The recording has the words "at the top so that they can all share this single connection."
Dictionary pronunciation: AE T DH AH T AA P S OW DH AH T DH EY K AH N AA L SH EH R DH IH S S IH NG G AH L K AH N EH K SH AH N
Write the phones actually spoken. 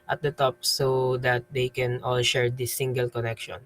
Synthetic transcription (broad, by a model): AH T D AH T AA P S OW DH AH T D EY K AH N AA L SH EH R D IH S S IH NG G AH L K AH N EH K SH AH N